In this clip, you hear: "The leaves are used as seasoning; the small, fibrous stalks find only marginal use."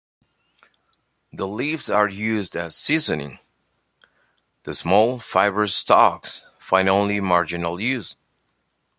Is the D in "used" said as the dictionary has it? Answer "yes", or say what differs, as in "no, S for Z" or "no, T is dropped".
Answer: yes